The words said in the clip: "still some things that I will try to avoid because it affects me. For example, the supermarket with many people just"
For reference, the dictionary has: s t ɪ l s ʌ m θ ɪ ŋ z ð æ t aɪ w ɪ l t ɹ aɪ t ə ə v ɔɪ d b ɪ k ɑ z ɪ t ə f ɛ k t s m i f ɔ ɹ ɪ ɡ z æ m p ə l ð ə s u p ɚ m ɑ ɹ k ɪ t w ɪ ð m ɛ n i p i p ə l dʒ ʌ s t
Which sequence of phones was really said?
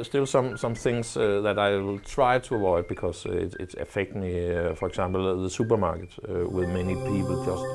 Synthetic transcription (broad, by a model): s t ɪ l s ʌ m θ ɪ ŋ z ð æ t aɪ w ɪ l t ɹ aɪ t ə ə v ɔɪ d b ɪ k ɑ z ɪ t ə f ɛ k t m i f ɔ ɹ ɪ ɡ s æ m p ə l ð ə s u p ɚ m ɑ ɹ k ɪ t w ɪ ð m ɛ n i p i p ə l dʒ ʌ s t